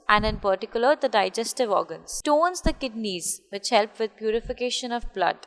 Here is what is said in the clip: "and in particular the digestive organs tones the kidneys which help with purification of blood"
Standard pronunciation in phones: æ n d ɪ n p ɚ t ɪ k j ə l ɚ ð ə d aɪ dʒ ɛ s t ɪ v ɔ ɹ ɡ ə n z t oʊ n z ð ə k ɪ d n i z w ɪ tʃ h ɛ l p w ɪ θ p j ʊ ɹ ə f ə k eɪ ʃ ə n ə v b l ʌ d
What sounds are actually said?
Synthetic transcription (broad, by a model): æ n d ɪ n p ɚ t ɪ k j ə l ɚ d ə d aɪ dʒ ɛ s t ɪ v ɔ ɹ ɡ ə n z t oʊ n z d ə k ɪ d n i z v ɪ tʃ h ɛ l p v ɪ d p j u ɹ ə f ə k eɪ ʃ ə n ə v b l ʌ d